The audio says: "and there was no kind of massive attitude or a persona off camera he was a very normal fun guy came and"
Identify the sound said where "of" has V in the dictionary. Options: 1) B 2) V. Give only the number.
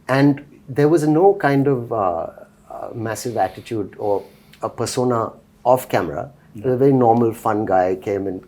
2